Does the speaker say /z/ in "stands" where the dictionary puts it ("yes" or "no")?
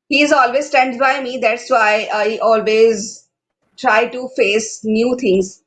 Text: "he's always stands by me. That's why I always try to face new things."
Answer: no